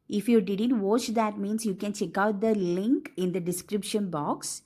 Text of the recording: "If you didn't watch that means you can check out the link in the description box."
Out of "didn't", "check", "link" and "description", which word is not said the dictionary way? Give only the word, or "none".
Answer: none